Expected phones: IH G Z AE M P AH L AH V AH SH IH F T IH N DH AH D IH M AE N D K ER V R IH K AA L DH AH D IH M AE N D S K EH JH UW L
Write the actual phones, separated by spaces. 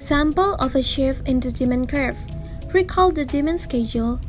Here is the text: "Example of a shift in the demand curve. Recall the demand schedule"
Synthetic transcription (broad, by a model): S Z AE M P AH L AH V AH SH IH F IH N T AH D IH M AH N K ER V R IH K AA L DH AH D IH M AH N S K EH JH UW L